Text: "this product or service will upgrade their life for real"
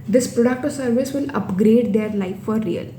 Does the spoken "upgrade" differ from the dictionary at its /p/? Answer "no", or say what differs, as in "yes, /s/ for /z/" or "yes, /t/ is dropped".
no